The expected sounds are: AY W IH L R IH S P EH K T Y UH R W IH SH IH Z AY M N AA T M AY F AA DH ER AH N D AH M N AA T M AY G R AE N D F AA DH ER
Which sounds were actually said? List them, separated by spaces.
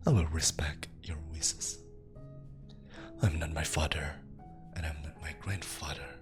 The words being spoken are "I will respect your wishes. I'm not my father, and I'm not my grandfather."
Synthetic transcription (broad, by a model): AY W IH L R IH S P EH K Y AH R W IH S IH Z AY M N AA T M AY F AA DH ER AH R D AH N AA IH M AY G R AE N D F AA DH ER